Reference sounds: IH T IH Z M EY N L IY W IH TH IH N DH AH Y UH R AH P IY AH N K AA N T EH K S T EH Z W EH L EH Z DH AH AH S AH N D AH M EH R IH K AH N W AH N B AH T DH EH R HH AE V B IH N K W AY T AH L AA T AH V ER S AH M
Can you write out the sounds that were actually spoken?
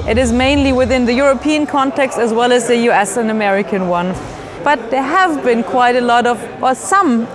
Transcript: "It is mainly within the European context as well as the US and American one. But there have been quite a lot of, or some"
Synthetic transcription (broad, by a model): IH T IH Z M EY N L IY W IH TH IH N DH AH Y UH R AH P IY AH N K AA N T EH K S T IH Z W EH L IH Z DH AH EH S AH N AH M EH R IH K AH N W AH N B AH T DH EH R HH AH V B IH N K W AY T AH L AA T AH V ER S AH M